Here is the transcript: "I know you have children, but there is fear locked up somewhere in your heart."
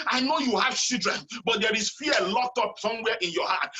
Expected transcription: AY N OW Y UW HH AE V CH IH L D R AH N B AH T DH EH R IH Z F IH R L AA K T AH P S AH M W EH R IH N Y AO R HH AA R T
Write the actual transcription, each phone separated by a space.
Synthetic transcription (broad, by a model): AY N OW Y UW HH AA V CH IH D R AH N B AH T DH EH R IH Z F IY L AA K T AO P S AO M W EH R IH N Y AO HH AA T